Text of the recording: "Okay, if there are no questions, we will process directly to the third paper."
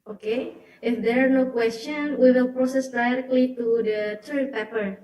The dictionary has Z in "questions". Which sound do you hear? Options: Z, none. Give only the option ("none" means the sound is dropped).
none